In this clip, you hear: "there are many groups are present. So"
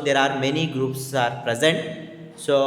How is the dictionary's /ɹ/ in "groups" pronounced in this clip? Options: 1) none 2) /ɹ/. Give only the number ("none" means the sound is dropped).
2